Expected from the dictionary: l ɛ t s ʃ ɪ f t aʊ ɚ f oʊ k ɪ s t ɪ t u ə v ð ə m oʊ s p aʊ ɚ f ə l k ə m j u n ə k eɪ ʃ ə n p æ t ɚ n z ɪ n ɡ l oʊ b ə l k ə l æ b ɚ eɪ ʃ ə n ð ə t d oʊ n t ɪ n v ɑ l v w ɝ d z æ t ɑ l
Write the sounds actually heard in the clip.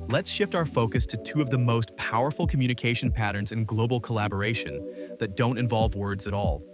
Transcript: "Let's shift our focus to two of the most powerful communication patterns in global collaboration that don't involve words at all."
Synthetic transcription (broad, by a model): l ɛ t s ʃ ɪ f t aʊ ɚ f oʊ k ɪ s t ɪ t u ə v ð ə m oʊ s p aʊ ɚ f l k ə m j u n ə k eɪ ʃ n p æ t ɚ n z ɪ n ɡ l oʊ b l k ə l æ b ɚ eɪ ʃ ə n ð ə t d oʊ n t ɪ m v ɑ l v w ɝ d z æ t ɑ l